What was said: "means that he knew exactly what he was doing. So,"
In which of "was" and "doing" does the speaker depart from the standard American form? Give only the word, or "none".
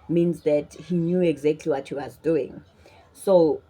none